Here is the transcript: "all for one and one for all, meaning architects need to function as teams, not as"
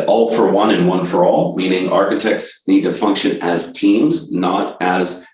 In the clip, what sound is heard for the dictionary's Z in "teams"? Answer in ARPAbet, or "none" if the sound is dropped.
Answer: Z